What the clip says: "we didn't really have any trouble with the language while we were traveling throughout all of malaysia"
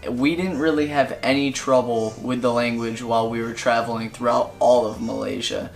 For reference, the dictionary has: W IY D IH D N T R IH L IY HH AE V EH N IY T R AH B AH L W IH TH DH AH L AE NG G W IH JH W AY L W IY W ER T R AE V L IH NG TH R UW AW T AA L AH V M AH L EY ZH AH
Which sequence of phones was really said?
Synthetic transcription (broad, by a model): W IY D IH D N T R IH L IY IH V EH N IY T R AH B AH L W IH DH AH L AE NG G W IH JH W AY L W IY W ER T R AE V L IH NG TH R UW AW T AA L AH V M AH L EY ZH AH